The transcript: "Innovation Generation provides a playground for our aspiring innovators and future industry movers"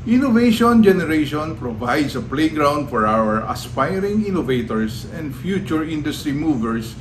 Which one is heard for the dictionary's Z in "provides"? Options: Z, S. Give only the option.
S